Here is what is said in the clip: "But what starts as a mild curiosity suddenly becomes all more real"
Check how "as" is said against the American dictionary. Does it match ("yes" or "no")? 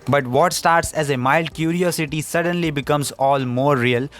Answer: yes